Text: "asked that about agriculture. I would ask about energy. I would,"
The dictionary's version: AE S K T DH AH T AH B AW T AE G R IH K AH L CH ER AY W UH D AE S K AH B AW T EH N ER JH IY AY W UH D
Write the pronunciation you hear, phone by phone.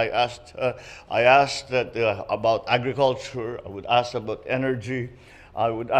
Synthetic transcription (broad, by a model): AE S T T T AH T AH B AW T AE G R IH K AH L CH ER AY W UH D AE S AH B AW T EH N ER JH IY AY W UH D